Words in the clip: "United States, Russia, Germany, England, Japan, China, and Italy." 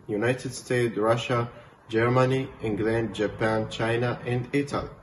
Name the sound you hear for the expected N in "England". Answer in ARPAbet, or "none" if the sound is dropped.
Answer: N